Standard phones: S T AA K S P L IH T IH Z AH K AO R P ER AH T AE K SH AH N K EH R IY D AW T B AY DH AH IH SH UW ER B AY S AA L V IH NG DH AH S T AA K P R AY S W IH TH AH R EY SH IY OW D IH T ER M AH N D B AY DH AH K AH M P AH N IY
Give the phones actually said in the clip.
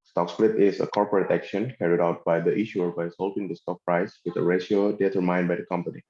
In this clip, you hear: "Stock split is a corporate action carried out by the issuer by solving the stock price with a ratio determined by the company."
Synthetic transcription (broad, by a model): S T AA K S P L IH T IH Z AH K AO R P ER AH T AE K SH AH N K EH R IY D AW T B AY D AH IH SH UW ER B AY S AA L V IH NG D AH S T AA K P R AY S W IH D AH R EY SH IY OW D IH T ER M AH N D B AY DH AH K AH M P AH N IY